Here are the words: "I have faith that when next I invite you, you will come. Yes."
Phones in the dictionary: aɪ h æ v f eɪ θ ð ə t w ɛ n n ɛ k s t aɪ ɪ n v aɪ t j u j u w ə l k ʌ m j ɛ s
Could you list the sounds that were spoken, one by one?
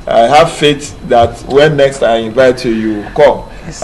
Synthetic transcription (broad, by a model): aɪ h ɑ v f eɪ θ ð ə t w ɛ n n ɛ k s t aɪ ɪ n v aɪ t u j u k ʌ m